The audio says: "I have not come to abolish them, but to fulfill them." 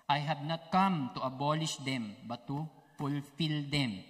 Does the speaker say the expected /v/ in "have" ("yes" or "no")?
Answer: no